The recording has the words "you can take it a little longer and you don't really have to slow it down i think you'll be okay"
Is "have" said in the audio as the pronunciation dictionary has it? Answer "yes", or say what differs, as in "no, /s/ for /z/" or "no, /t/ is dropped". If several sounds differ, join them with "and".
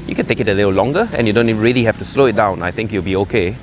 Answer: no, /f/ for /v/